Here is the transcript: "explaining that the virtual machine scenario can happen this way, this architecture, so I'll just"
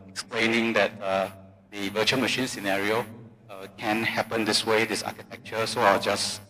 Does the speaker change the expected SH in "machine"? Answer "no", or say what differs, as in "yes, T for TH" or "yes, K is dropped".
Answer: no